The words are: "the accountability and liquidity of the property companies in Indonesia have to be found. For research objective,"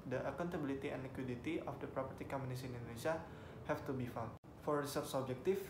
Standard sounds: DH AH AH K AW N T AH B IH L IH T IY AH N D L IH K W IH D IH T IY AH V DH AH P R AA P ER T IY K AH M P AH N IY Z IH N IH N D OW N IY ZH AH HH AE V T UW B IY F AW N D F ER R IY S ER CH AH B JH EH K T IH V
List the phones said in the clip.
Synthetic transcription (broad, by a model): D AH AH K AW N T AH B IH L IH T IY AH N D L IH K W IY D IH T IY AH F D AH P R AA P ER T IY K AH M AH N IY S IH N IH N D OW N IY S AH HH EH F T UW B IY F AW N F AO R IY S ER S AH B JH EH K T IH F